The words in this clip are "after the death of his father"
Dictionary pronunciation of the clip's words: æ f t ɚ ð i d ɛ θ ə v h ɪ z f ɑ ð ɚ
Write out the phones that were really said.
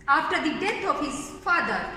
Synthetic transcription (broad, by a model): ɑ f t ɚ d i d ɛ t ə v h ɪ z f ɑ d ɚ